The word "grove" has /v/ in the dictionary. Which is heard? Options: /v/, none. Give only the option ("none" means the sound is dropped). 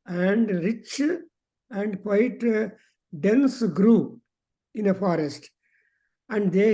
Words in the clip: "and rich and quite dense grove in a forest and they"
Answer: none